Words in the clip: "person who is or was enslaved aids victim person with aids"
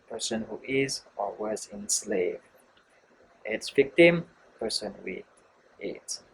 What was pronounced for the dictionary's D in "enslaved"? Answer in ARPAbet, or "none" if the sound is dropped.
none